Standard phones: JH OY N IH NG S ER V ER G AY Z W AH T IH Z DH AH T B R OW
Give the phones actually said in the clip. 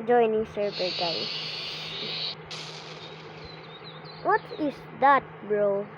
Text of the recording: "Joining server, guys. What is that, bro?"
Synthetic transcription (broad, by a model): JH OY N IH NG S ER B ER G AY W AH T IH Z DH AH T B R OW